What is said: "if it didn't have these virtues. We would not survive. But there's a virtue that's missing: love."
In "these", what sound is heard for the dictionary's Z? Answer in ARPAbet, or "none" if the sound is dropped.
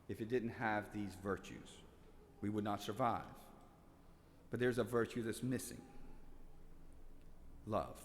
Z